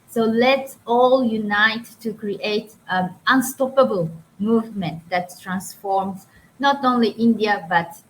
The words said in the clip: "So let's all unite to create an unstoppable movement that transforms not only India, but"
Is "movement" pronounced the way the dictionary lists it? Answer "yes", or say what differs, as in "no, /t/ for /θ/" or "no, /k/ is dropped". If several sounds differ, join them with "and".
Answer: yes